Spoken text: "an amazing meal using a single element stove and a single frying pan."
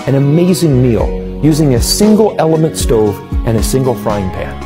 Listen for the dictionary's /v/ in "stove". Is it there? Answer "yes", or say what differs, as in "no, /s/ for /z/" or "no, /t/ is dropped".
yes